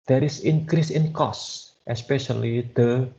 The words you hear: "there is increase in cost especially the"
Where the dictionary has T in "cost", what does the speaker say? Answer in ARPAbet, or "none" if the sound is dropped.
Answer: T